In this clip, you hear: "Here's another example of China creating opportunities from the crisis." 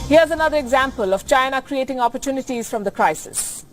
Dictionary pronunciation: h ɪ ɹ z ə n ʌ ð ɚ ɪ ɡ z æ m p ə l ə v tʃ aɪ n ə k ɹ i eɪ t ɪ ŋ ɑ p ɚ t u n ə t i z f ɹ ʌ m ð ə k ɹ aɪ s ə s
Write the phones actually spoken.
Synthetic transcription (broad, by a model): h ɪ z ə n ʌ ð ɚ ɪ ɡ z æ m p ə l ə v tʃ aɪ n ə k ɹ i eɪ t ɪ ŋ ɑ p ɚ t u n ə t i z f ɹ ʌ m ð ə k ɹ aɪ s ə s